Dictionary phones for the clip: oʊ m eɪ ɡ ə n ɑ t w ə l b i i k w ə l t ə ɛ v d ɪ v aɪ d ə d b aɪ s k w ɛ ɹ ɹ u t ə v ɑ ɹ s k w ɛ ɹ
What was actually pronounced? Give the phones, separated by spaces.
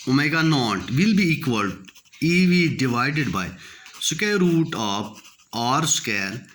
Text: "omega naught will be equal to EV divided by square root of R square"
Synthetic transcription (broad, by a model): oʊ m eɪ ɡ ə n ɑ t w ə l b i i k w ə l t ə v d ɪ v aɪ d ə d b aɪ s k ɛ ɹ ɹ u t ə p ɑ ɹ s k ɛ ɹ